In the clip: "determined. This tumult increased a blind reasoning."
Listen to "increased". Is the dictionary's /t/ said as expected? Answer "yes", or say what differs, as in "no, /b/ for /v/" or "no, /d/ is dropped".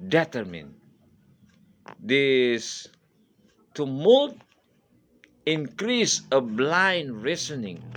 no, /t/ is dropped